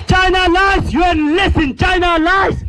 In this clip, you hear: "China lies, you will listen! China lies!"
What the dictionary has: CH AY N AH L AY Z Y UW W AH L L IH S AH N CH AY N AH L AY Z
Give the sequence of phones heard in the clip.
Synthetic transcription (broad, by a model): CH AY N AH L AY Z Y UW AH N L IH S AH N CH AY N AH L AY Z